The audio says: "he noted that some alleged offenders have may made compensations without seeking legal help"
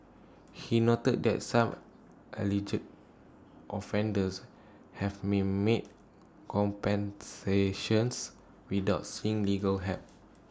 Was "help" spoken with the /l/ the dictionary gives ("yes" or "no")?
no